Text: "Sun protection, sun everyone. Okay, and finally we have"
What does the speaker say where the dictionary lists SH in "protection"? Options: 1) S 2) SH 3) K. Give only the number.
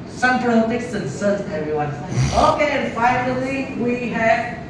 1